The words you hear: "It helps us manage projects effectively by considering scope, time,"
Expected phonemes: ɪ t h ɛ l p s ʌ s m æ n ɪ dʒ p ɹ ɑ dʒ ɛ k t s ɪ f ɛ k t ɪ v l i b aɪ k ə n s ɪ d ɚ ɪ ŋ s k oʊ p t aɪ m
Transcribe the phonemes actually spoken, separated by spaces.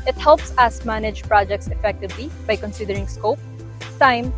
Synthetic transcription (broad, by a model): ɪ t h ɛ l p s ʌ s m æ n ɪ dʒ p ɹ ɑ dʒ ɛ k t s ɪ f ɛ k t ɪ v l i b aɪ k ə n s ɪ d ɚ ɪ ŋ s k oʊ p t aɪ m